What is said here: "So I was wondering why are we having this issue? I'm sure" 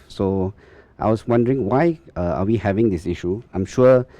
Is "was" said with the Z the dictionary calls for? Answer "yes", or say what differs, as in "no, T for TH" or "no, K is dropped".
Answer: no, S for Z